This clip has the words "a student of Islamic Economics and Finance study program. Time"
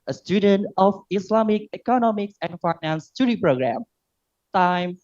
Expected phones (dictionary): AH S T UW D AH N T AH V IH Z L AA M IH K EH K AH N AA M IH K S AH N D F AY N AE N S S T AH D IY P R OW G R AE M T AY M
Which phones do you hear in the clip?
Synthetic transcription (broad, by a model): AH S T UW D AH N T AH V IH S L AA M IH K EH K AH N AA M IH K S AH N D F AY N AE N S S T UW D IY P R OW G R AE M T AY M